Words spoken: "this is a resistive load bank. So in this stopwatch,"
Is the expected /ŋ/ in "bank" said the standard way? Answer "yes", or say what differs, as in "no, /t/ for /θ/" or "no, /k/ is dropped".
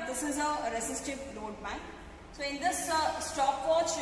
no, /ŋ/ is dropped